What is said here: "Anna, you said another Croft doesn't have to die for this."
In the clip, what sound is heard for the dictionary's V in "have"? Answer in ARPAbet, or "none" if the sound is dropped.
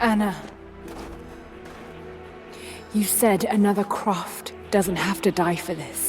F